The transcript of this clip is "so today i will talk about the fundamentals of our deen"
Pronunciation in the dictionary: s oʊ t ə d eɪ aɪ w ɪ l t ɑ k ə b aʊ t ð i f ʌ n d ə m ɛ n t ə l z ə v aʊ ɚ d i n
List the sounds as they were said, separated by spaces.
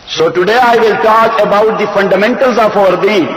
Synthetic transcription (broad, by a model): s oʊ t ə d eɪ aɪ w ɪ l t ɑ k ə b aʊ t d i f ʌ n d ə m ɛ n t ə l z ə f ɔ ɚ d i